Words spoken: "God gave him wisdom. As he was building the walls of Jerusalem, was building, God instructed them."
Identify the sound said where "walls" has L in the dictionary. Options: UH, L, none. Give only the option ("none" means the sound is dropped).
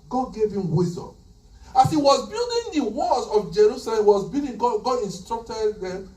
none